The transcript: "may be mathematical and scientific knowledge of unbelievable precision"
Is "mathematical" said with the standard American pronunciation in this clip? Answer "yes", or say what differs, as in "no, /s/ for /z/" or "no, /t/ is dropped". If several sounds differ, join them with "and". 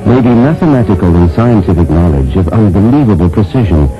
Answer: yes